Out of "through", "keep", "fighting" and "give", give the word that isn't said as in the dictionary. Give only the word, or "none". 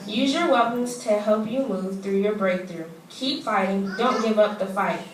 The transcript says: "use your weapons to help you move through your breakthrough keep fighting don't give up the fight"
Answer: none